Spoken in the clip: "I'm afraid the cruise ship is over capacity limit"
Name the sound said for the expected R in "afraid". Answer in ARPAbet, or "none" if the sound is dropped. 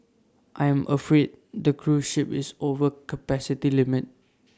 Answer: R